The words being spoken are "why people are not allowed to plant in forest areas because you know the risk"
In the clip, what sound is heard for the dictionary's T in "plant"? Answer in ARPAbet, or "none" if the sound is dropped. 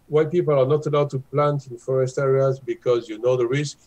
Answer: T